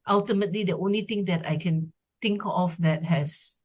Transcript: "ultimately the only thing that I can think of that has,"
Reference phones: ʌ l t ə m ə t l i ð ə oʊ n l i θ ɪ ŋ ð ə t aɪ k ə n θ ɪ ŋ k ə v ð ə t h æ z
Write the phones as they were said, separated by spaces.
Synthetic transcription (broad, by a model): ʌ l t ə m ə t l i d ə oʊ n l i t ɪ ŋ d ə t aɪ k ə n t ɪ ŋ k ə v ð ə t h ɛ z